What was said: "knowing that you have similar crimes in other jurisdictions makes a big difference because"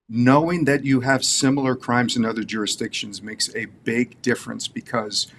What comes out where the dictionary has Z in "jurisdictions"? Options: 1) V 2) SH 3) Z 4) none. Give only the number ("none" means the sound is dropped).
3